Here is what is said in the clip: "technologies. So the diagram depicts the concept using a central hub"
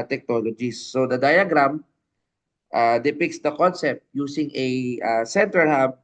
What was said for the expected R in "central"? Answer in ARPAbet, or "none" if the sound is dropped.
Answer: none